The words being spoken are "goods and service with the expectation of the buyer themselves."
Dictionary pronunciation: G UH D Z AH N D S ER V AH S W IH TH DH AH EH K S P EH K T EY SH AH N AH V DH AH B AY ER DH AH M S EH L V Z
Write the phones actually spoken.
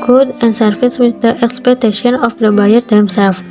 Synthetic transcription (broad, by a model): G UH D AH N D S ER F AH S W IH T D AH EH K S P EH K T EY SH AH N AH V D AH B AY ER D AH M S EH L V